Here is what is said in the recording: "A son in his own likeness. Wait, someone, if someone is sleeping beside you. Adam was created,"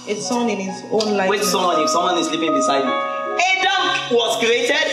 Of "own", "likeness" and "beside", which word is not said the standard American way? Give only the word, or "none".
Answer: likeness